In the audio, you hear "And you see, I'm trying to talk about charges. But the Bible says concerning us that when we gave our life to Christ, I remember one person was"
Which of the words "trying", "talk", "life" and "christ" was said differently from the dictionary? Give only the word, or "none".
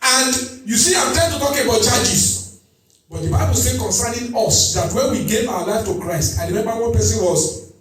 trying